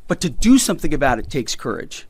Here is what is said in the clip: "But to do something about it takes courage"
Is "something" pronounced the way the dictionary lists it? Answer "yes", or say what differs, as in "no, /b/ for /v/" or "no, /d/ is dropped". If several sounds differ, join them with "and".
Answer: yes